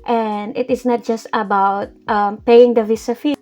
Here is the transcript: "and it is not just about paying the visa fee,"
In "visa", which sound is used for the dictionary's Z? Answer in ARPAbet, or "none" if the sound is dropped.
S